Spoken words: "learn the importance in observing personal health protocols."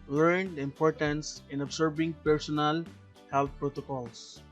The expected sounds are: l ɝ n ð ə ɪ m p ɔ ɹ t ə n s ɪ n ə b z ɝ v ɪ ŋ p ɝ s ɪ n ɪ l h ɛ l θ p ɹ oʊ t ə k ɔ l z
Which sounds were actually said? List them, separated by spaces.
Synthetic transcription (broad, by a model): l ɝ n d ɪ m p ɔ ɹ t ə n s ɪ n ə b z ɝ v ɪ ŋ p ɝ s ɪ n ɪ l h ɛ l t p ɹ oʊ t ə k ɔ l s